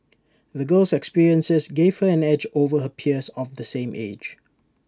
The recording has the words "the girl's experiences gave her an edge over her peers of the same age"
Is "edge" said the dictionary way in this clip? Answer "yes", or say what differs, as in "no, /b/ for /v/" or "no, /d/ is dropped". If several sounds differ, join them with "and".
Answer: yes